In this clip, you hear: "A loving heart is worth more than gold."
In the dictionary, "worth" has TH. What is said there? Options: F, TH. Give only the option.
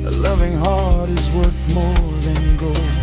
TH